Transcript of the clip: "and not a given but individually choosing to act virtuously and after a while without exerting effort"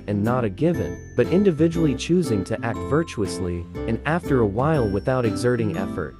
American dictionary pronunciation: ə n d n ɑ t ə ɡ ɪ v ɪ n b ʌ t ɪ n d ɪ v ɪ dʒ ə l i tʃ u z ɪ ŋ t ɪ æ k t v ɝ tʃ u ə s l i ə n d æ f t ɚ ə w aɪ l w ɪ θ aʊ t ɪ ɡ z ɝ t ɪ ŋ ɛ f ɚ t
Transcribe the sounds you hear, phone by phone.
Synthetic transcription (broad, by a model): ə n n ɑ t ə ɡ ɪ v ɪ n b ʌ t ɪ n d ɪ v ɪ dʒ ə l i tʃ u z ɪ ŋ t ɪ æ k t v ɝ tʃ u ə s l i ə n æ f t ɚ ə w aɪ l w ɪ θ aʊ t ɪ ɡ z ɝ t ɪ ŋ ɛ f ɚ t